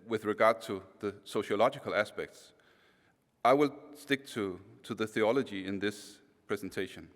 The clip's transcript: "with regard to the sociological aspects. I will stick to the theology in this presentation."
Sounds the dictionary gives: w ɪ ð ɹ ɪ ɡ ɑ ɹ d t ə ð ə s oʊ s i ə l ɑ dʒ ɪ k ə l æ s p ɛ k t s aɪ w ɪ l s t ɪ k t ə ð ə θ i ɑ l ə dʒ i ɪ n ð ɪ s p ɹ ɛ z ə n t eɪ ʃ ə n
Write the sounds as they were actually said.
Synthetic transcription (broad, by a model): w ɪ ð ɹ ɪ ɡ ɑ ɹ d t ə ð ə s oʊ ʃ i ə l ɑ dʒ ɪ k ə l æ s p ɛ k t s aɪ w ɪ l s t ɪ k t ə ð ə θ i ɑ l ə dʒ i ɪ n ð ɪ s p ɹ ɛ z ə n t eɪ ʃ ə n